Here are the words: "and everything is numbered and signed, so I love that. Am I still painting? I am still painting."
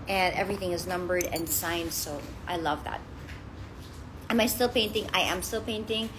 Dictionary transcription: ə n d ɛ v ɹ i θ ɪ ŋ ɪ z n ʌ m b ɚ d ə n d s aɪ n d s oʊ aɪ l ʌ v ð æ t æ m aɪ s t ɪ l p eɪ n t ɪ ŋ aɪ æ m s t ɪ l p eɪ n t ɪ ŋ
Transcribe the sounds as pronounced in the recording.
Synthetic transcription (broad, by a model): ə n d ɛ v ɹ i θ ɪ ŋ ɪ z n ʌ m b ɚ d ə n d s aɪ n d s oʊ aɪ l ʌ v ð æ t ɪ m aɪ s t ɪ l p eɪ n t ɪ ŋ aɪ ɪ m s t ɪ l p eɪ n t ɪ ŋ